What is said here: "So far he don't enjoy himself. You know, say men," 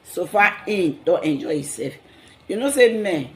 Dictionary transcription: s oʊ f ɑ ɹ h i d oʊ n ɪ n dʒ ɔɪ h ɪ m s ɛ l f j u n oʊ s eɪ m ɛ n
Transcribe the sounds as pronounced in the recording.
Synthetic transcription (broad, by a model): s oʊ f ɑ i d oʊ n ɪ n dʒ ɔɪ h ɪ s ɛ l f j u n oʊ s eɪ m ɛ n